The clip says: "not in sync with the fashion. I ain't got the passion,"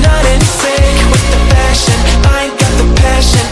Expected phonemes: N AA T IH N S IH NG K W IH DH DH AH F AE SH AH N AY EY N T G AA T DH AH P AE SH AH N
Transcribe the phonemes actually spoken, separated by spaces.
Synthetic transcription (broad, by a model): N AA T IH N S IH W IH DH DH AH P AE SH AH N AY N G AA T DH AH P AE SH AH N